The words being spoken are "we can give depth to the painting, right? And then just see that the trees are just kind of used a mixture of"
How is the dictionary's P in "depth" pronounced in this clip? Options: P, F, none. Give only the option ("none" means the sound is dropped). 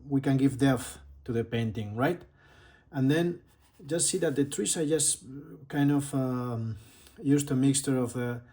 none